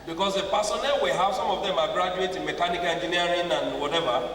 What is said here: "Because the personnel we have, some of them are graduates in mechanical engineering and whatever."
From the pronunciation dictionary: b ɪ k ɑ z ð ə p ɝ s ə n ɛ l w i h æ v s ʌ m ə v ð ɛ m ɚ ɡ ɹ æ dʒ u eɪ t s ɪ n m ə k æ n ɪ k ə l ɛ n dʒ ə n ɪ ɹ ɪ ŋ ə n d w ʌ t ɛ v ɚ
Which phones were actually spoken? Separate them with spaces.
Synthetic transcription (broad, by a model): b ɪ k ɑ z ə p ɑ s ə n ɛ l w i h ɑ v s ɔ m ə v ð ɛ m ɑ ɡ ɹ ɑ dʒ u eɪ t ɪ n m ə k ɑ n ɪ k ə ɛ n dʒ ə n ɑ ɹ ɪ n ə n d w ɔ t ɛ v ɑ